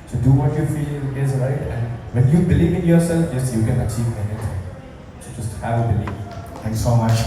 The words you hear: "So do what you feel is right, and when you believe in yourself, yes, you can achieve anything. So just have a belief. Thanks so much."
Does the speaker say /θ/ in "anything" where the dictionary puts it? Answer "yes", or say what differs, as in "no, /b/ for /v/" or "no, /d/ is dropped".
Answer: no, /t/ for /θ/